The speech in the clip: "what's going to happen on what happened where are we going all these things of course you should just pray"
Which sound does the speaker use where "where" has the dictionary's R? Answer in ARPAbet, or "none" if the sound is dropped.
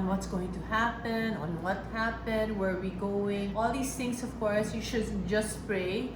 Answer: R